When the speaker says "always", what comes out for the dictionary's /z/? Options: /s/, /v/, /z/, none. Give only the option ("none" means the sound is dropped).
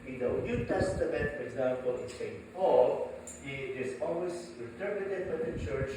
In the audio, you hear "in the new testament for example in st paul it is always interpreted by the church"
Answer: /s/